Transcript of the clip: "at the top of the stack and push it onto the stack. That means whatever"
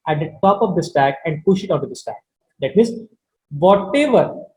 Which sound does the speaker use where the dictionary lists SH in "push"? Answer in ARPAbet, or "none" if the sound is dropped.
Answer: SH